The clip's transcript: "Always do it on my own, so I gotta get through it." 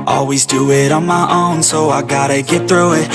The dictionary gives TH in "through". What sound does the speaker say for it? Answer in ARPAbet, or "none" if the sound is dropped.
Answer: TH